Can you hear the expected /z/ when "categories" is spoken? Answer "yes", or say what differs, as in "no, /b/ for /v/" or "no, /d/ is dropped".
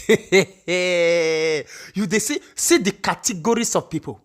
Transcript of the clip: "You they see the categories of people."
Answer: no, /s/ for /z/